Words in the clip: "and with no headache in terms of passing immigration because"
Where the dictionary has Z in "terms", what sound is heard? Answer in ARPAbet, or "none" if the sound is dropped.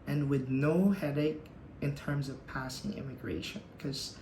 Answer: Z